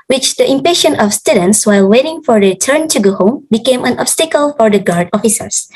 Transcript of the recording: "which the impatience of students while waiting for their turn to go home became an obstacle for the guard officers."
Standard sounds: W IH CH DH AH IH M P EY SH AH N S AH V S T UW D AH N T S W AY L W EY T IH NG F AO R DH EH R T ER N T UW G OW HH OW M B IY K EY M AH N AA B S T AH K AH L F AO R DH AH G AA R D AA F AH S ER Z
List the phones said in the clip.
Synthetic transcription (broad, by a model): W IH CH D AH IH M P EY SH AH N AH F S T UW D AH N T S W AY L W EY T IH NG F AO R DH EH T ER N T UW G OW HH OW M B IY K EY M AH N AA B S T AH K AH L F AO R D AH G AA R D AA F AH S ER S